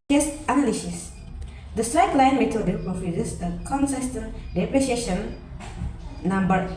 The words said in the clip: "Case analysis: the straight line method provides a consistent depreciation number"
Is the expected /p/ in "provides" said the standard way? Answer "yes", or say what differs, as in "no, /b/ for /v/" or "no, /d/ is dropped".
no, /f/ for /p/